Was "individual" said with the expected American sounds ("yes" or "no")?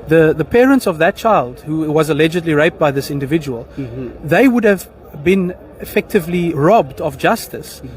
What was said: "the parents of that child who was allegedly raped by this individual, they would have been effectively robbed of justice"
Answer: yes